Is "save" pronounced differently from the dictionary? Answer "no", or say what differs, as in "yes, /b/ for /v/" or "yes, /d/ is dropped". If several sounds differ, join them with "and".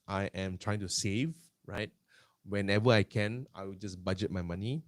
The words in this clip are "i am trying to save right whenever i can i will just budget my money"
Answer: no